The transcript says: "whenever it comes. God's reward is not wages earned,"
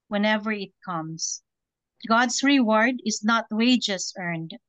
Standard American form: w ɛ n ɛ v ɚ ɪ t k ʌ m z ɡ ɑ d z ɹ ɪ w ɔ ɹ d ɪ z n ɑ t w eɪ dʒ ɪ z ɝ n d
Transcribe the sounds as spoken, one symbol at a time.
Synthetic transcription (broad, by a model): w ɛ n ɛ v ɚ ɪ t k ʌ m s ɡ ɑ d s ɹ ɪ w ɔ ɹ d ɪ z n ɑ t w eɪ dʒ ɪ s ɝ n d